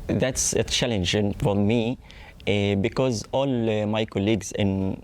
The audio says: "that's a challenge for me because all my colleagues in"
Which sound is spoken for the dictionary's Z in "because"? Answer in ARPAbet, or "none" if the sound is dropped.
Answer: Z